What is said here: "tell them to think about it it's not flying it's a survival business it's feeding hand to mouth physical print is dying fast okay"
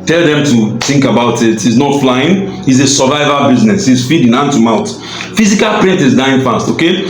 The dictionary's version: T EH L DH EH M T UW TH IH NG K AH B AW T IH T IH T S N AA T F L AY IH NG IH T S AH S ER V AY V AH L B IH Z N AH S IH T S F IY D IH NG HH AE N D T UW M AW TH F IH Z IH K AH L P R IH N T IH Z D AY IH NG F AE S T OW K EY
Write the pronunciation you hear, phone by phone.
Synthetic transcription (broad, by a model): T EH L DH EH M T UW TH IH NG K AH B AW T IH T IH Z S N AA T F L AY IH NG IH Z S AH S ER V AY V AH B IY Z N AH S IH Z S F IY D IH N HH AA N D T UW M AW T F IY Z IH K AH L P R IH N T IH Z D AY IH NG F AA S T OW K EY